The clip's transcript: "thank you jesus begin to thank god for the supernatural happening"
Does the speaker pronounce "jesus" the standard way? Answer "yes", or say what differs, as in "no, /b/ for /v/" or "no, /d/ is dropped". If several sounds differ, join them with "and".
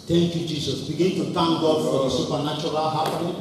no, /s/ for /z/